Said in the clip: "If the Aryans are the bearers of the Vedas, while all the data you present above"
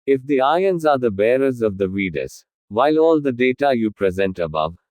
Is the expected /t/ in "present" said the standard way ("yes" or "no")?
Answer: yes